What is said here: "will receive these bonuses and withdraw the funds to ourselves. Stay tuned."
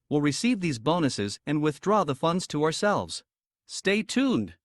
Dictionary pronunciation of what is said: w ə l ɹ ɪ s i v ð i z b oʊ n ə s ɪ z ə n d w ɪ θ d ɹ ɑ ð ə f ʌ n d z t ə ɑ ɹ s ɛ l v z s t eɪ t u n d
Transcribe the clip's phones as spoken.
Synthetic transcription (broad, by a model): w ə l ɹ ɪ s i v ð i z b oʊ n ə s ɪ z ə n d w ɪ θ d ɹ ɑ ð ə f ʌ n d z t ə ɑ ɹ s ɛ l v z s t eɪ t u n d